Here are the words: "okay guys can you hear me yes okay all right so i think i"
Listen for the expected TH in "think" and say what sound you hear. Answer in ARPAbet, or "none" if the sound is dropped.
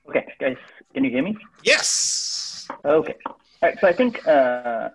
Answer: TH